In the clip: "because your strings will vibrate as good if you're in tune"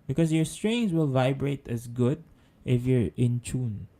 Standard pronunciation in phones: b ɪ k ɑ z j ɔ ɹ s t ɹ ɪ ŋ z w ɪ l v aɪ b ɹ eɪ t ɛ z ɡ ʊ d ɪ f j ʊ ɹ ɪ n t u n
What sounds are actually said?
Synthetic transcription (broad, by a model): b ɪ k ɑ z j ɔ ɹ s t ɹ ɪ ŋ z w ɪ l v aɪ b ɹ eɪ t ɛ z ɡ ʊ d ɪ f j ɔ ɹ ɪ n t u n